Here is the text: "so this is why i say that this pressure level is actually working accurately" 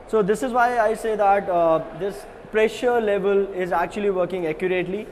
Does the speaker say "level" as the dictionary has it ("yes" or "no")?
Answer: yes